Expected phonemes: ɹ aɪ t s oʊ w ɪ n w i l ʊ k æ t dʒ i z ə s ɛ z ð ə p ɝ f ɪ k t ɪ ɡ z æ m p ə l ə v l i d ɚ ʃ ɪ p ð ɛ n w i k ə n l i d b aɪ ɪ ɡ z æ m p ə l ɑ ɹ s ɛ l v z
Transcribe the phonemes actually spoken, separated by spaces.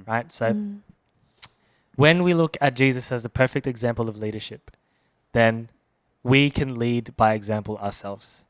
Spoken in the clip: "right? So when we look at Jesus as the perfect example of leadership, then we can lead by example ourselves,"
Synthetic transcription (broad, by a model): ɹ aɪ t s oʊ w ɪ n w i l ʊ k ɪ t dʒ i z ə s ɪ z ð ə p ɝ f ɪ k t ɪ ɡ z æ m p l ə v l i d ɚ ʃ ɪ p ð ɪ n w i k ə n l i d b aɪ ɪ ɡ z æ m p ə l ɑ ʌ s ɛ l v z